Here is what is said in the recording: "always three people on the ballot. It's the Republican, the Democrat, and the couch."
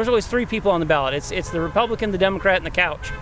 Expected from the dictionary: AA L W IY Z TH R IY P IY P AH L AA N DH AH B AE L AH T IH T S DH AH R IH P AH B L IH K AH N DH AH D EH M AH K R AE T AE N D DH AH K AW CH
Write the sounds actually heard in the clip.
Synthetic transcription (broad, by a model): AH L W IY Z TH R IY P IY P L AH N DH AH B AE L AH T IH T S DH AH R IH P AH B L IH K AH N DH AH D EH M AH K R AE T N DH AH K AW CH